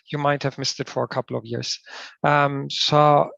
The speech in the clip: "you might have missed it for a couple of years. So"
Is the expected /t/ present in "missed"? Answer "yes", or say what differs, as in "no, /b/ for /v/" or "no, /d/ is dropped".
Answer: yes